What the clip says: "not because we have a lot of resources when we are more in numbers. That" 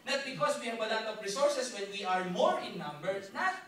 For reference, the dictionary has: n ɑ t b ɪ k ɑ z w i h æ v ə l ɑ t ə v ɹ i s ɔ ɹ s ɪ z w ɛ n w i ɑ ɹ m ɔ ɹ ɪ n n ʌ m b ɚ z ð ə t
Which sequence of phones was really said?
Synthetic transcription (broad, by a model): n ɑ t b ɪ k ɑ s w i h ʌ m ə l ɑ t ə p ɹ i s ɔ ɹ s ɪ s w ɛ n w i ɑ ɹ m ɔ ɹ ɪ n n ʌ m b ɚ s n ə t